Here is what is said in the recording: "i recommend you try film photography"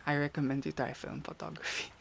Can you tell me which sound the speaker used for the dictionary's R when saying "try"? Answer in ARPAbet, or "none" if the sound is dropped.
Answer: none